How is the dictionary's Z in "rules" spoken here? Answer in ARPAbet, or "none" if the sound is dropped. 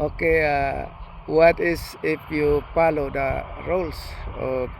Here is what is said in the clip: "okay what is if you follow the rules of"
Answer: S